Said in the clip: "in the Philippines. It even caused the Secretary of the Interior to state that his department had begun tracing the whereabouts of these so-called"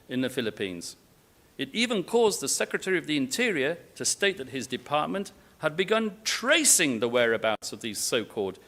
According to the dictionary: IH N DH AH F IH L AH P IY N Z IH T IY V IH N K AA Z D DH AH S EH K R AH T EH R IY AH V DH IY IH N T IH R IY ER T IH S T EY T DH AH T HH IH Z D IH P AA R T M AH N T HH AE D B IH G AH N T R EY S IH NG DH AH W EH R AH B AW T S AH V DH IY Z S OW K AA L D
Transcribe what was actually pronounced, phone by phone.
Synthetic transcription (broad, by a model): IH N DH AH F IH L AH P IY N Z IH T IY V IH N K AA Z DH AH S EH K R AH T EH R IY AH V DH IY IH N T IH R IY ER T IH S T EY T DH AH T HH IH Z D IH P AA R T M AH N T HH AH D B IH G AH N T R EY S IH NG DH AH W EH R AH B AW T S AH V DH IY Z S OW K AA L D